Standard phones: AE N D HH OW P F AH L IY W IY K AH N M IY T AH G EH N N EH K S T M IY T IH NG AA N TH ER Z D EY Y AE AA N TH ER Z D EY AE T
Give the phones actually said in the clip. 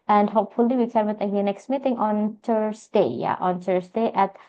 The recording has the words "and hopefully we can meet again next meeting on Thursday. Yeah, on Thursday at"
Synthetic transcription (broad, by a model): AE N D HH OW P F AH L IY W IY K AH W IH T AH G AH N N EH K S T M IY T IH NG AA N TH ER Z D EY Y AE AA N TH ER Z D EY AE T